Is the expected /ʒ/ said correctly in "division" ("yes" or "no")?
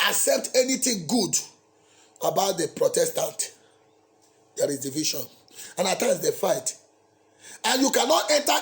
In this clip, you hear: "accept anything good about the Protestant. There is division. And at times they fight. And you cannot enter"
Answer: no